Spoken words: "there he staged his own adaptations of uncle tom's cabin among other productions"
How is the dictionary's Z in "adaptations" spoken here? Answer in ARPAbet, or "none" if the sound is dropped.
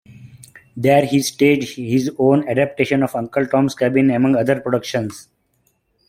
none